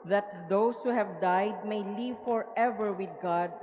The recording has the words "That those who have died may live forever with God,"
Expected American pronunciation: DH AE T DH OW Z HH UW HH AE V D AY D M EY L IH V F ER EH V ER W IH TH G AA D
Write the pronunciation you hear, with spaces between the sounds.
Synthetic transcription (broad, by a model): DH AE T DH OW S HH UW HH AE V D AY D M EY L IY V F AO EH V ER W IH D G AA D